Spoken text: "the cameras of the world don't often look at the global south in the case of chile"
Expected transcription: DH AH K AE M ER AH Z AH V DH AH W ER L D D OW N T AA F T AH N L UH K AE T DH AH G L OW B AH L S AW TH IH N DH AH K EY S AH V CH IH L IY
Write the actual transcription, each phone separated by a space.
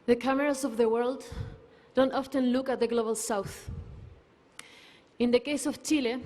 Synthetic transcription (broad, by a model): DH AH K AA M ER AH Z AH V DH AH W ER L D D OW N T AA F T AH N L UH K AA T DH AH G L OW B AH L S AW TH IH N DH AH K EY S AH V CH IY L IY